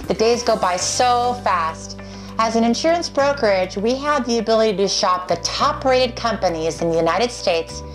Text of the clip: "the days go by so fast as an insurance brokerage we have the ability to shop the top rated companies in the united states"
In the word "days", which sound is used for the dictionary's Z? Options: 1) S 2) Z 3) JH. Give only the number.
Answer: 2